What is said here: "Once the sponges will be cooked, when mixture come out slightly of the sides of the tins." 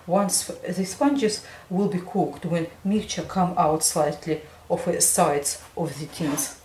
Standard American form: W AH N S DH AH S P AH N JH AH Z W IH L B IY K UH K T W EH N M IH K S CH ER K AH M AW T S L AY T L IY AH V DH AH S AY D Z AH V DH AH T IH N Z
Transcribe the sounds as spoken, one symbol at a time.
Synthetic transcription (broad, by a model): W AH N S DH AH S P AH N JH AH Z W IH L B IY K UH K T W EH N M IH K CH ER K AH M AW T S L AY T L IY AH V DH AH S AY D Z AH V DH AH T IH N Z